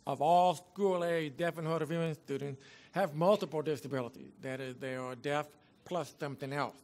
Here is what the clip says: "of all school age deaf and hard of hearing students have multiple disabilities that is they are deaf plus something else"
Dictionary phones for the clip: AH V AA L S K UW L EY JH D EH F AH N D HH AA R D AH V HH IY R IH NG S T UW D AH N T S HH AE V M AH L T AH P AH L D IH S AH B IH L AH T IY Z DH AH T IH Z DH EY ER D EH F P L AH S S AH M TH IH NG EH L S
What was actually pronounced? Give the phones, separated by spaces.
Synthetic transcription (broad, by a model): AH V AA L S K UW L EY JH D EH F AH N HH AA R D AH V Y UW IH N S T UW D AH N T S HH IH V M AH L T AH P L D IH S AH B IH L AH T IY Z DH AH T IH Z DH EY ER D EH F P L AH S S AH M TH IH NG EH L S